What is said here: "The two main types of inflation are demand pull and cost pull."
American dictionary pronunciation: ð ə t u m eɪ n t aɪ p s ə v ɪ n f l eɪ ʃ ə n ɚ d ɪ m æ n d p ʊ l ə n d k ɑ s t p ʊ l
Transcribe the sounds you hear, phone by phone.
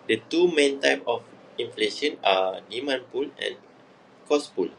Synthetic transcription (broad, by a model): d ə t u m eɪ n t aɪ p ə f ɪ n f l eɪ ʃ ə n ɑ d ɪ m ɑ n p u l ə n k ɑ s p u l